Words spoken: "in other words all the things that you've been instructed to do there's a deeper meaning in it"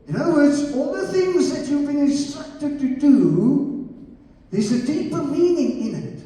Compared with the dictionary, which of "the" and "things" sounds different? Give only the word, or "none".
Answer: none